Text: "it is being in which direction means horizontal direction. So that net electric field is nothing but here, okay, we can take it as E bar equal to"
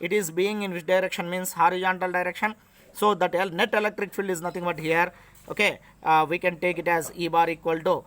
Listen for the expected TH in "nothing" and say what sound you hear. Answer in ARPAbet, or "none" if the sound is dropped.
T